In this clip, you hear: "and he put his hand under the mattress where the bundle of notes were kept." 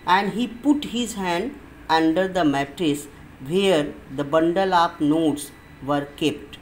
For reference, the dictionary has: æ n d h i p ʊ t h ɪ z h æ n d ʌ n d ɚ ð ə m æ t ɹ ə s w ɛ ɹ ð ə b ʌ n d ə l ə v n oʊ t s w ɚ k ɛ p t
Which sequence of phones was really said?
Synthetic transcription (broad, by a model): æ n d h i p ʊ t h ɪ z h æ n d ʌ n d ɚ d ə m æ t ɹ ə s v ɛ ɹ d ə b ʌ n d ə l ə p n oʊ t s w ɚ k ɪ p t